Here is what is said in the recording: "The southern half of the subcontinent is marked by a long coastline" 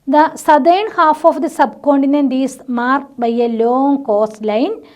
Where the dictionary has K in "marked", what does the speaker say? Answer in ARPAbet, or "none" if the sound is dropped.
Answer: none